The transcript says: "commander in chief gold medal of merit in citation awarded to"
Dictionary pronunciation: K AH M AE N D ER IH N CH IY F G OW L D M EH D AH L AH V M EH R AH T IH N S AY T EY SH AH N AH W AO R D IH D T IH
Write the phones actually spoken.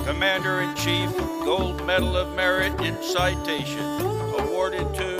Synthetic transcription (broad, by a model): K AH M AE N D ER IH N CH IY F G OW L D M EH D L AH V M EH R AH T IH N S AY T EY SH AH N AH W AO R D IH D T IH